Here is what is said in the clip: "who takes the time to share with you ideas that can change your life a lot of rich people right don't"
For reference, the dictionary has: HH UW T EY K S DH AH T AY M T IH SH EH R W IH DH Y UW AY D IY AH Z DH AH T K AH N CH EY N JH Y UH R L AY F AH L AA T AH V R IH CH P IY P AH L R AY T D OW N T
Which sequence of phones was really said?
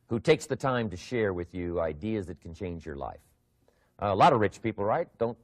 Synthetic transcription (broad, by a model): HH UW T EY K S DH AH T AY M T IH SH EH R W IH DH Y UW AY D IY AH Z DH AH T K N CH EY N JH Y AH R L AY F AH L AA T AH V R IH CH P IY P L R AY T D OW N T